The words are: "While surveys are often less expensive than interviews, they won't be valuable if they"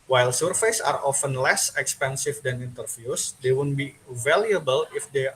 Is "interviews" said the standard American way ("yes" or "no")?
no